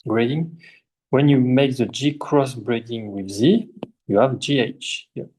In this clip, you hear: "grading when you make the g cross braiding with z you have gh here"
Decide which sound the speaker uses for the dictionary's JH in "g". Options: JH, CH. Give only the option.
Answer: JH